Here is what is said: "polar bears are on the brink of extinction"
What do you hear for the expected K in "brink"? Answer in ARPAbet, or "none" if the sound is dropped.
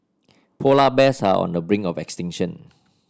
none